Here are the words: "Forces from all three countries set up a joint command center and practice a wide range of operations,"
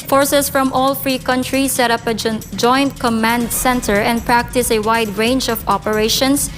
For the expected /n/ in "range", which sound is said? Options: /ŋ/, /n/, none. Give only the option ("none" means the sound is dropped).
/n/